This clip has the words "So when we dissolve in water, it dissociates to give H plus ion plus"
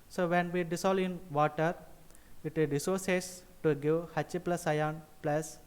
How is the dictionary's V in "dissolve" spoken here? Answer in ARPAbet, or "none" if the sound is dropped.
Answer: none